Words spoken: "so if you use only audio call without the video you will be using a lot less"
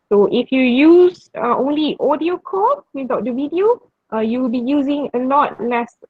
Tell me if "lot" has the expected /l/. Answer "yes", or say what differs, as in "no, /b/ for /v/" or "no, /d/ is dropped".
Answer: no, /n/ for /l/